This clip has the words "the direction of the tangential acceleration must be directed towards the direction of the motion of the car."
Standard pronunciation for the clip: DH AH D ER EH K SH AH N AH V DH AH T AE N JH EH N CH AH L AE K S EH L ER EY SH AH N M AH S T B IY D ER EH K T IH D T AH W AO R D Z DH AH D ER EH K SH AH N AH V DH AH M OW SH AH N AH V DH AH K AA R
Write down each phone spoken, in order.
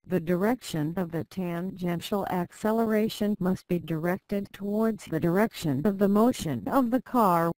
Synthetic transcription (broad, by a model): DH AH D ER EH K SH AH N AH V DH AH T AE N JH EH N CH L AE K S EH L ER EY SH AH N M AH S T B IY D ER EH K T IH D T AH W AO R D Z DH AH D ER EH K SH AH N AH V DH AH M OW SH AH N AH V DH AH K AA R